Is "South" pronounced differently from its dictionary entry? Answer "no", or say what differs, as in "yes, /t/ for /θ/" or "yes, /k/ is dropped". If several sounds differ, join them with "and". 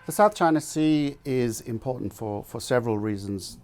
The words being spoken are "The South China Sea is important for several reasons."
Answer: no